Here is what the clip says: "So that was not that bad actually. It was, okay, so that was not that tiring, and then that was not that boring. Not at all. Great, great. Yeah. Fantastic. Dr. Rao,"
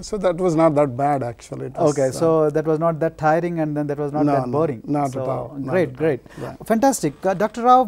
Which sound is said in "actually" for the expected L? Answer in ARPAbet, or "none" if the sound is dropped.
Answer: none